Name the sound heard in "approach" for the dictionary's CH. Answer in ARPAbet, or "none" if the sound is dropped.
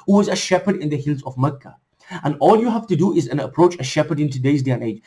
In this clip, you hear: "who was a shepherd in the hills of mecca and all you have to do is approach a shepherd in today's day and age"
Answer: CH